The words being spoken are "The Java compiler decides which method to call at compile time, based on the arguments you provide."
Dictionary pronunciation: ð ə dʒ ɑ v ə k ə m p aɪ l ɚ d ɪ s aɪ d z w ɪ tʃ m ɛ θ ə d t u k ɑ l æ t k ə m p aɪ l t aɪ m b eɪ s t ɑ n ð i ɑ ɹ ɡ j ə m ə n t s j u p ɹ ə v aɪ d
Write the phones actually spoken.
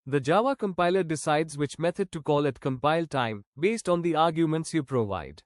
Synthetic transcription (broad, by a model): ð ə dʒ ɑ v ə k ə m p aɪ l ɚ d ɪ s aɪ d z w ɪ tʃ m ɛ t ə d t u k ɑ l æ t k ə m p aɪ l t aɪ m b eɪ s t ɑ n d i ɑ ɹ ɡ j ə m ə n t s j u p ɹ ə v aɪ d